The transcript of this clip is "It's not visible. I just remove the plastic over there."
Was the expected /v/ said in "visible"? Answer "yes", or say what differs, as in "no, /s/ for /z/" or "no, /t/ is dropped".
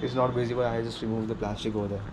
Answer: no, /b/ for /v/